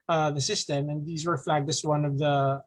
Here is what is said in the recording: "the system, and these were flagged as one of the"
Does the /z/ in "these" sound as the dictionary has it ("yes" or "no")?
yes